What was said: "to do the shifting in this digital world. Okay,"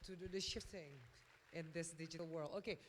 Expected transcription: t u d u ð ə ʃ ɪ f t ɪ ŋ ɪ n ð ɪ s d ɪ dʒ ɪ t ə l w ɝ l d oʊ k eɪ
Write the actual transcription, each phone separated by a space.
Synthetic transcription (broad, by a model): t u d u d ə ʃ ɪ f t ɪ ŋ ɪ n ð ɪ s d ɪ dʒ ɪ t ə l w ɝ l d oʊ k eɪ